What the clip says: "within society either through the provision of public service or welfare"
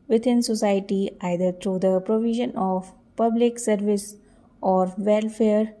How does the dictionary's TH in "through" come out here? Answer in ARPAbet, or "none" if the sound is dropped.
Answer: T